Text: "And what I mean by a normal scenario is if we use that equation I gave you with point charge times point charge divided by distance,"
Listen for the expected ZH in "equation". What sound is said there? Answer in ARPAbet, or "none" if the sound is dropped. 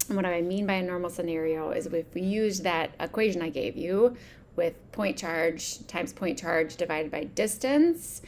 ZH